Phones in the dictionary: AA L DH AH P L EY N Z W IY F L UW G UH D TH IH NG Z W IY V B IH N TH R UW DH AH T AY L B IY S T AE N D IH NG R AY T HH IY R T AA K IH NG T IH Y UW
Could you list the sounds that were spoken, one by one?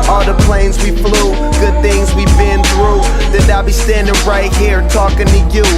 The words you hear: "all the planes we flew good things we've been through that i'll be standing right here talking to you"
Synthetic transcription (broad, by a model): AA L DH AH P L EY N Z W IY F L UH G UH D TH IH NG Z W IY B IH N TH R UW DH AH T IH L B IY S T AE N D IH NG R AY T HH IY R T AA K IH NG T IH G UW